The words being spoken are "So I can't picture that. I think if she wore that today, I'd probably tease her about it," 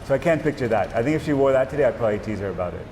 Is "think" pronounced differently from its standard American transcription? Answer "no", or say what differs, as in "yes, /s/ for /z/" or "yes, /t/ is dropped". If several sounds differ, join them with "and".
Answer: no